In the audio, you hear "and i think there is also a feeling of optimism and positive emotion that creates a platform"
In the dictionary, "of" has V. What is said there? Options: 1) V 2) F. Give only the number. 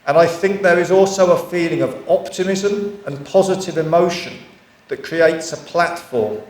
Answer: 1